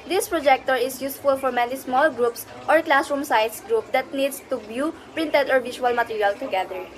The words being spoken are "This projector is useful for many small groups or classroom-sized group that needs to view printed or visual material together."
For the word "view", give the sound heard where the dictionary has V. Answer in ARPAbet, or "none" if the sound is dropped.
B